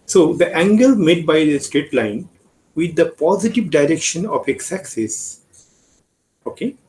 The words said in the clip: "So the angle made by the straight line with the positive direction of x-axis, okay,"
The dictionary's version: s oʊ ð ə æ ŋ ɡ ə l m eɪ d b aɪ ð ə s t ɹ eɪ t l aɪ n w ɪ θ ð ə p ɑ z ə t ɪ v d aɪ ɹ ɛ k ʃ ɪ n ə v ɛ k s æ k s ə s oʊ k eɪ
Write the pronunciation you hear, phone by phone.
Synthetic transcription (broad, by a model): s oʊ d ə æ ŋ ɡ ə l m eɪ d b aɪ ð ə s t ɹ eɪ t l aɪ n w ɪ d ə p ɑ z ə t ɪ v d aɪ ɹ ɛ k ʃ ɪ n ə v ɛ k s æ k s ə s oʊ k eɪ